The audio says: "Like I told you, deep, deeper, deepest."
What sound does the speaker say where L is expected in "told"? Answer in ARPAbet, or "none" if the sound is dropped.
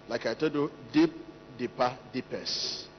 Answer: none